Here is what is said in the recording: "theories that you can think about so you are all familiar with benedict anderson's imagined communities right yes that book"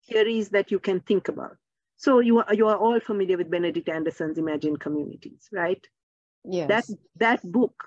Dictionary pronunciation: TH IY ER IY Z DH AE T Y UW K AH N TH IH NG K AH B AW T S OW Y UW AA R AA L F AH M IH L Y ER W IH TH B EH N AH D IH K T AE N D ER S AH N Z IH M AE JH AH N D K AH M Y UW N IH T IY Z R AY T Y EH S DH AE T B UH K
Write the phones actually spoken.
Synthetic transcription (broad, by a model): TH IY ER IY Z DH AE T Y UW K AH N T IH NG K AH B AW T S OW Y UW AA R AA L F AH M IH L Y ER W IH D B EH N AH D IH K T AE N D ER S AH N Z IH M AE JH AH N K AH M Y UW N IH T IY Z R AY T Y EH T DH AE T B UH K